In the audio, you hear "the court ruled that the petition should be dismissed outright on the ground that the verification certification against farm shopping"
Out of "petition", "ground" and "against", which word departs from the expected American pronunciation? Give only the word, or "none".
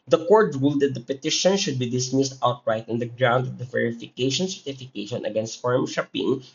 none